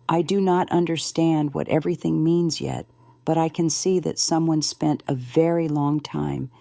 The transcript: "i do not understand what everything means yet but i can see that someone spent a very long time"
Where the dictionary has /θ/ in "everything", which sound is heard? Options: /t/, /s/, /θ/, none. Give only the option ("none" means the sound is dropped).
/θ/